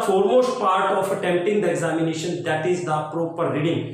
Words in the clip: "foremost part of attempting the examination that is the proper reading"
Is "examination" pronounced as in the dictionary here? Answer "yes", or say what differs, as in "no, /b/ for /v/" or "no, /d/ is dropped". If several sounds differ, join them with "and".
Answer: yes